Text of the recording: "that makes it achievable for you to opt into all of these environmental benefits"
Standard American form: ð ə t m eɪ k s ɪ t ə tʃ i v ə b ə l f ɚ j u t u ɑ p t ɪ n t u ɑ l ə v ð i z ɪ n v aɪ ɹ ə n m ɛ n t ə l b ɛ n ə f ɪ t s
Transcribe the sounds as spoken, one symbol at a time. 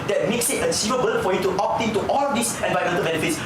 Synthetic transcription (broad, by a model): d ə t m eɪ k s ɪ t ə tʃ i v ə b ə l f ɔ j u t u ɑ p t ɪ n t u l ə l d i s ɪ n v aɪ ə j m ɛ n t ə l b ɛ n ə f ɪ t s